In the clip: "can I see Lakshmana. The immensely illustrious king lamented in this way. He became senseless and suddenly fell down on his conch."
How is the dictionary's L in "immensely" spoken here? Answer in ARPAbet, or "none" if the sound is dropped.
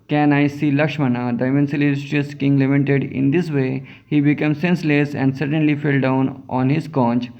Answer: none